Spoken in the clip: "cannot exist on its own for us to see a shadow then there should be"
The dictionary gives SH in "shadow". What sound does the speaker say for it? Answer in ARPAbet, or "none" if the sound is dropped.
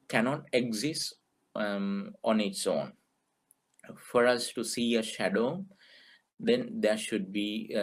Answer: SH